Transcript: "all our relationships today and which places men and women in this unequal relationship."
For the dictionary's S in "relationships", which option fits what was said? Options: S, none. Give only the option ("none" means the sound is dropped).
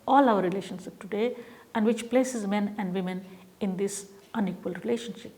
none